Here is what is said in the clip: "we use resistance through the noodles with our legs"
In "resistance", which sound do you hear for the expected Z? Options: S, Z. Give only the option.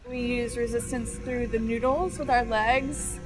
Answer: Z